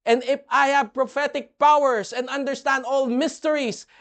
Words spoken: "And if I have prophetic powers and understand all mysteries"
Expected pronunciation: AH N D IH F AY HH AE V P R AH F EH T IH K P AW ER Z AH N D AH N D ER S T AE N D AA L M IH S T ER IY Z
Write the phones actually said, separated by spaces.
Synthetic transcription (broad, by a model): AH N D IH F AY HH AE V P R AH F EH T IH K P AW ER S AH N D AH N D ER S T AE N D AA L M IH S T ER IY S